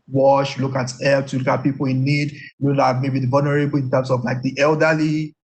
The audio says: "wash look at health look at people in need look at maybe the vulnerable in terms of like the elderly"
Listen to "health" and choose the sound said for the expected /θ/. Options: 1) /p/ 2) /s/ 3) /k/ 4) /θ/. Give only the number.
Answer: 2